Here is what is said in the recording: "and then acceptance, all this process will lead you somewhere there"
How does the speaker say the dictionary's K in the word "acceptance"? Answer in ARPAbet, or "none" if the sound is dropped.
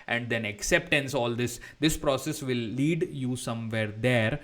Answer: K